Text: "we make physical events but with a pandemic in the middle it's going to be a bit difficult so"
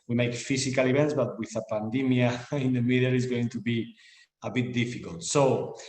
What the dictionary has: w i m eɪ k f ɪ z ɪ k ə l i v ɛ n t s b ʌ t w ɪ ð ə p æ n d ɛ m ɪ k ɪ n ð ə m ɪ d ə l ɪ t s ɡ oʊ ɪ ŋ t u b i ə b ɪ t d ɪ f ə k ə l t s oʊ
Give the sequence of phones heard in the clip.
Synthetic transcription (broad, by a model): w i m eɪ k f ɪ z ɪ k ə l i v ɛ n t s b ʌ t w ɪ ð ə p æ n d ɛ m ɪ ɪ n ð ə m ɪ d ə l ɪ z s ɡ oʊ ɪ ŋ t u b i ə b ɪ t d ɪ f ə k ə l t s oʊ